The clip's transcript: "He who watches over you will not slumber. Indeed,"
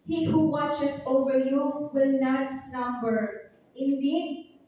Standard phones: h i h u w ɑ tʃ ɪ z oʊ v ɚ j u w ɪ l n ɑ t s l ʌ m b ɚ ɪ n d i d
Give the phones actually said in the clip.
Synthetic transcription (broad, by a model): h i h u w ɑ tʃ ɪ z oʊ v ɚ j u w ɪ l n ɑ t s n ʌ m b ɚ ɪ n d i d